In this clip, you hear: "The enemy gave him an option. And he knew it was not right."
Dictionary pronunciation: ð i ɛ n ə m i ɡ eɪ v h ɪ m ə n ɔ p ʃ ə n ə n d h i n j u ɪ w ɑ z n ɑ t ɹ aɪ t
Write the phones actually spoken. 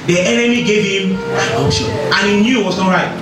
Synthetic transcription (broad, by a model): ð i ɛ n ə m i ɡ eɪ v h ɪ m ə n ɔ ʃ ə ə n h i n j u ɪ w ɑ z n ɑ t ɹ aɪ t